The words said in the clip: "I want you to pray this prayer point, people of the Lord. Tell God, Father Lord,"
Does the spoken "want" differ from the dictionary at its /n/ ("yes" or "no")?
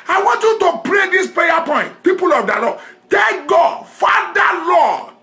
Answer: no